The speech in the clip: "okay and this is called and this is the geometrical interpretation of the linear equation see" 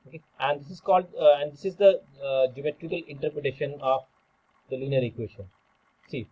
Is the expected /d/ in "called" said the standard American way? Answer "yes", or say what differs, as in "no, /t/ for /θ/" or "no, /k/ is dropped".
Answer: yes